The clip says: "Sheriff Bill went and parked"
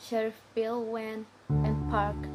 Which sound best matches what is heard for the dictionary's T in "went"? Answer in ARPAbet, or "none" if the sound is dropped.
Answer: none